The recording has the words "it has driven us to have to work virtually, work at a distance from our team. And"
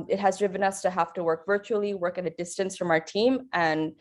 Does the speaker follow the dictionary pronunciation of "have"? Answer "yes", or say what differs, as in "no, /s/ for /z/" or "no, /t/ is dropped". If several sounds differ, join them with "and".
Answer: no, /f/ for /v/